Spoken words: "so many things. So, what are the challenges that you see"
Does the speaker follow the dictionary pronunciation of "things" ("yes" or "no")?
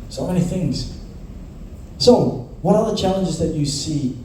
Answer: yes